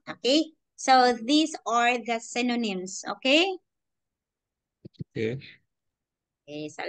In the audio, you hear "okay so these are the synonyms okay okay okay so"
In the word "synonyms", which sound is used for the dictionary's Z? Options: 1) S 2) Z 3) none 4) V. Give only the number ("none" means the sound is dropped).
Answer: 1